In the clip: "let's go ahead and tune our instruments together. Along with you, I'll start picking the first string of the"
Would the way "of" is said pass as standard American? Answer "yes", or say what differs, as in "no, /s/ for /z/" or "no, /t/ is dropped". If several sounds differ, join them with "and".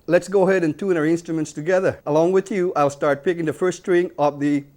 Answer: no, /p/ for /v/